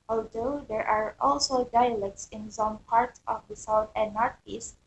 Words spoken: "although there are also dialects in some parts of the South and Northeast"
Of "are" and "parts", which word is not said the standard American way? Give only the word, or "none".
parts